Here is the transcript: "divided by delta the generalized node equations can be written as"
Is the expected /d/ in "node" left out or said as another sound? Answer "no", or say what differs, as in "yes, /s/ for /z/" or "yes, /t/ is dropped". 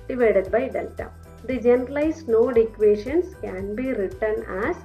no